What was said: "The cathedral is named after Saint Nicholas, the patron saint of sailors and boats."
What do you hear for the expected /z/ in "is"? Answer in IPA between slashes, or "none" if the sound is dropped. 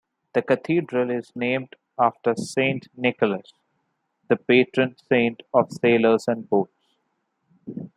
/z/